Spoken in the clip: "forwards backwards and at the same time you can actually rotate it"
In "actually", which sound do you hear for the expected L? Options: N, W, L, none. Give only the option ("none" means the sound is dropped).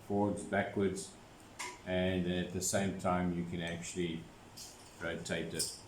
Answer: L